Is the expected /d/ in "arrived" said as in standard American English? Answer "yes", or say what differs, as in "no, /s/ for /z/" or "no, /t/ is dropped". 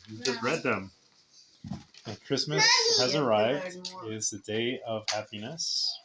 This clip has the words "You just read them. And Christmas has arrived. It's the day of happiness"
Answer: yes